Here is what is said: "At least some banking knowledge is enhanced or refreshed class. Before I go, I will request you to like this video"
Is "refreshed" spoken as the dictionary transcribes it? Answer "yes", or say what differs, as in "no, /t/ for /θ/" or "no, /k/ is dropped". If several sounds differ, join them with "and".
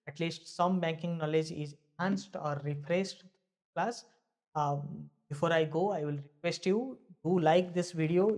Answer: no, /s/ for /ʃ/